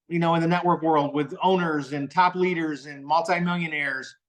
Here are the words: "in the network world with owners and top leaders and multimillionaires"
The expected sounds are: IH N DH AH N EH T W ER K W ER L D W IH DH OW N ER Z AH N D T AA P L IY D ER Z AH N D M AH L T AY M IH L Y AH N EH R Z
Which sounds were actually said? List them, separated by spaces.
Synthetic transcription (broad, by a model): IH N DH AH N EH T W ER K W ER L D W IH DH OW N ER Z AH N T AA P L IY D ER Z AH N M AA L T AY M IH L Y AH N EH R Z